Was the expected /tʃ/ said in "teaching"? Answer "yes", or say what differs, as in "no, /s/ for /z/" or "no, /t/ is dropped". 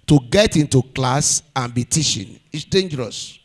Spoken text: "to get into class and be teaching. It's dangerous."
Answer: no, /ʃ/ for /tʃ/